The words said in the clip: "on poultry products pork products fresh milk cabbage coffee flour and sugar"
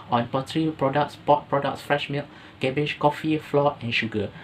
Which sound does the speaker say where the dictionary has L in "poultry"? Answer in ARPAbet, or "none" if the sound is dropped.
none